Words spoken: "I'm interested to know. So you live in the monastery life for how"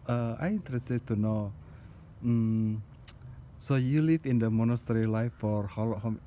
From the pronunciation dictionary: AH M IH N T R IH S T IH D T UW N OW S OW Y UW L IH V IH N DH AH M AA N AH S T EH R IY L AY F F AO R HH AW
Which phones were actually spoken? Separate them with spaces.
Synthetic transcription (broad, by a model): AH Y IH N T R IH S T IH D T UW N OW S OW Y UW L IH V IH N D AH M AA N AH S T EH R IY L AY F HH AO L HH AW